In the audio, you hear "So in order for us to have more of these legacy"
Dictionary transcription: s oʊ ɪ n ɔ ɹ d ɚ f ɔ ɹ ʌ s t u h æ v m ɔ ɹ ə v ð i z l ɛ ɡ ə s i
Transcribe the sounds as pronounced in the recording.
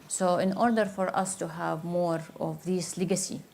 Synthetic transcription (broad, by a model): s oʊ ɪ n ɔ ɹ d ɚ f ɔ ɹ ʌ s t u h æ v m ɔ ɹ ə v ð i s l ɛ ɡ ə s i